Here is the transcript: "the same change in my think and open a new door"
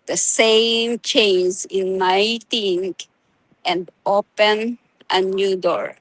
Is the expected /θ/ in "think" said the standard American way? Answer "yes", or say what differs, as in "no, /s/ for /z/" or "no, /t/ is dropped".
no, /t/ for /θ/